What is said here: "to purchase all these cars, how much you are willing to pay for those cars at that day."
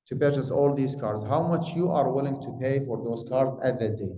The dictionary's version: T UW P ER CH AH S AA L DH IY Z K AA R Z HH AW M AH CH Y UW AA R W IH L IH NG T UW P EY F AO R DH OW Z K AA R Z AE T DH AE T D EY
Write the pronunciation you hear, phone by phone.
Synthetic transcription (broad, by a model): T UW B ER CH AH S AA L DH IY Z K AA R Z HH AW M AH CH Y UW AA R W IH L IH NG T UW P EY F AO R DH OW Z K AA R Z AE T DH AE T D EY